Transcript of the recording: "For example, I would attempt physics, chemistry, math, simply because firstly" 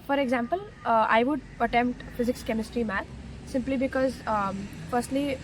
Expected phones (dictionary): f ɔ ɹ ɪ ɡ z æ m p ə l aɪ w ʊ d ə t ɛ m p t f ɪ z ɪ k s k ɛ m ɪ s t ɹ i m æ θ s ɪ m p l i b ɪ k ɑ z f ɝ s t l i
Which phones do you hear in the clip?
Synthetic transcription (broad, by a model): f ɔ ɹ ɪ ɡ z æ m p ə l aɪ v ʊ d ə t ɛ m p t f ɪ z ɪ k s k ɛ m ɪ s t ɹ i m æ t s ɪ m p l i b ɪ k ɑ z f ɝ s t l i